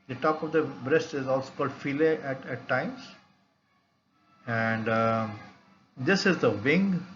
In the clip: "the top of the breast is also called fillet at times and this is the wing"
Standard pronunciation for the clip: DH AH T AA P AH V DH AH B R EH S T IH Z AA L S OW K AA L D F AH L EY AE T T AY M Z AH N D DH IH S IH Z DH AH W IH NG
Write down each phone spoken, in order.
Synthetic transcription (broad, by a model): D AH T AA P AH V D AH B R EH S T IH Z AA L S OW K AA L D F AH L EY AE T T AY M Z AH N D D IH S IH Z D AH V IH NG